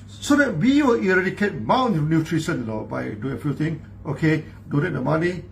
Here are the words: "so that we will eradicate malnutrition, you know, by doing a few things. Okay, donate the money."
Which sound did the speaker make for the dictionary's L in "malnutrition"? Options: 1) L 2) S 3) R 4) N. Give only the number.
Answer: 4